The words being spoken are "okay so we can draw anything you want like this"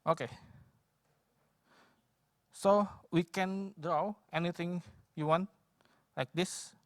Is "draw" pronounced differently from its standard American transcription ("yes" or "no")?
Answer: no